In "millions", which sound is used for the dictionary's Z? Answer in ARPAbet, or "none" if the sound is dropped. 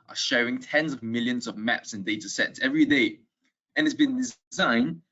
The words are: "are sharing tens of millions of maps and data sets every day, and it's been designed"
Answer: Z